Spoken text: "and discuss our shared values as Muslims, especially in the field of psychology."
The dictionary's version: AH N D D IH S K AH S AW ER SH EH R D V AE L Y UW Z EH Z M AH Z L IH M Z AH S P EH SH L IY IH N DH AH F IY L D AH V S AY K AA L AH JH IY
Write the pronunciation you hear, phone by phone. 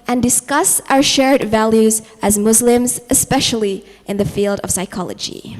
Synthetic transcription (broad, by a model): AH N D D IH S K AH S AW ER SH EH R D V AE L Y UW Z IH Z M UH Z L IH M Z AH S P EH SH L IY IH N DH AH F IY L D AH V S AY K AA L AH JH IY